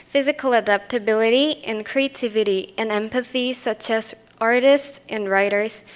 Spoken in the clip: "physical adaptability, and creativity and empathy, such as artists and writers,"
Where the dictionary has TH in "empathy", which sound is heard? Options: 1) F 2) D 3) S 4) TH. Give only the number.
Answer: 4